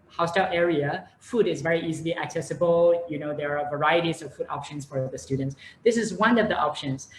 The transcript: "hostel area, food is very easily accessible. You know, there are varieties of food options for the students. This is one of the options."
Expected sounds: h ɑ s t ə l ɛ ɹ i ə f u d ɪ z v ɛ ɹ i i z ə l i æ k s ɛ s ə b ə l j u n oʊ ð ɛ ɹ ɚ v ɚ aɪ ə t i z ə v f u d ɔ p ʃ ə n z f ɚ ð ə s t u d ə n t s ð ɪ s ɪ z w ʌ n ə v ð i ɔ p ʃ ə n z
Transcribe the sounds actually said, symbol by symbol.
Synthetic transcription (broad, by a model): h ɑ s t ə l ɛ ɹ i ə f u d ɪ z v ɛ ɹ i i z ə l i æ k s ɛ s ə b ə l j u n oʊ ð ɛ ɹ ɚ v ɚ aɪ ə t i z ə v f u d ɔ p ʃ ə n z f ɚ ð ə s t u d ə n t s ð ɪ s ɪ z w ʌ n ə v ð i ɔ p ʃ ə n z